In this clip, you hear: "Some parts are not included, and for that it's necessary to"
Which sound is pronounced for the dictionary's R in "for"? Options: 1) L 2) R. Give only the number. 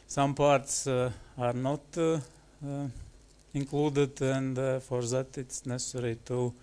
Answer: 2